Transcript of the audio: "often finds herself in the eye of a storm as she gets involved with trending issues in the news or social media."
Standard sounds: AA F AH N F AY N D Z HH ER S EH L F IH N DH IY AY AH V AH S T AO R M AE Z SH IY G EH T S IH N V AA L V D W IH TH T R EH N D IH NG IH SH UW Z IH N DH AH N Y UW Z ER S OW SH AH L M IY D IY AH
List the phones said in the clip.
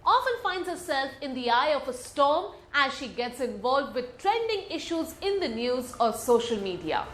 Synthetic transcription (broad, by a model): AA F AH N F AY N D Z HH ER S EH L F IH N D IY AY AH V AH S T AO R M AE Z SH IY G EH T S IH N V AA L V D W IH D T R EH N D IH NG IH SH UW Z IH N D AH N Y UW Z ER S OW SH AH L M IY D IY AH